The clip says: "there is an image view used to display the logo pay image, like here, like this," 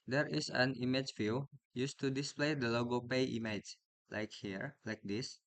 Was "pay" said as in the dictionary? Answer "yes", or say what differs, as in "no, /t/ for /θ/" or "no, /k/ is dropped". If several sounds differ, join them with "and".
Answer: yes